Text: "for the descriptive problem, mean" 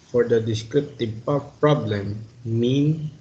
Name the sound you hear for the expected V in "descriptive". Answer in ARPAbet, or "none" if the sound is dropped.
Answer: P